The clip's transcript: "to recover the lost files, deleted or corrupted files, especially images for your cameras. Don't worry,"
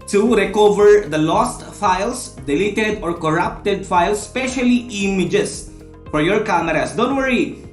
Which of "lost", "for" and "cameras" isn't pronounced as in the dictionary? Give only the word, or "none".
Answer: cameras